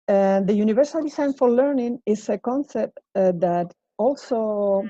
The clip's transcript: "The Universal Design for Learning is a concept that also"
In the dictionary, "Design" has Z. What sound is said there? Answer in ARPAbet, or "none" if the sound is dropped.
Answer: S